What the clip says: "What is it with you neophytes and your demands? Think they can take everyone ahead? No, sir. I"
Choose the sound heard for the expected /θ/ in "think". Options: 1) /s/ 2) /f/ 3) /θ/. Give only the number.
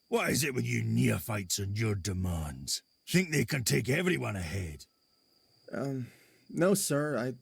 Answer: 3